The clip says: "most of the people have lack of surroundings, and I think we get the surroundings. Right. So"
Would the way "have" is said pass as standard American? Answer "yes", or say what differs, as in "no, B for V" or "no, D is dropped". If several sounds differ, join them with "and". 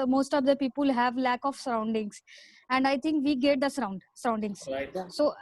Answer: yes